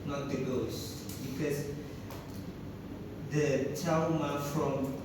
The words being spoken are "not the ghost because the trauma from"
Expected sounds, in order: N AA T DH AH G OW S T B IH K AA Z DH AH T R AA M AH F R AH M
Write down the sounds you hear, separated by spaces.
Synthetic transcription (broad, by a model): N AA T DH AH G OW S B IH K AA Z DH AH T AA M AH F R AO M